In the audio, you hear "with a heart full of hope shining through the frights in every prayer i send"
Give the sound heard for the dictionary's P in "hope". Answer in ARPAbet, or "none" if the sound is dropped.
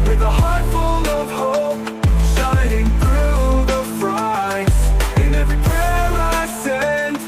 P